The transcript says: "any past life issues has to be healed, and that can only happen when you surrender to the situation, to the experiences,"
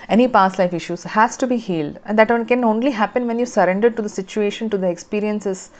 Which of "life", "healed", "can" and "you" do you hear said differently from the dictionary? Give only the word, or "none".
none